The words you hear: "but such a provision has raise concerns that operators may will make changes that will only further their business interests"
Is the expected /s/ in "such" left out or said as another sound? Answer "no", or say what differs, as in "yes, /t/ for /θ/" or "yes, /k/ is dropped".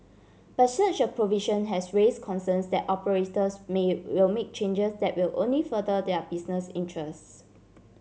no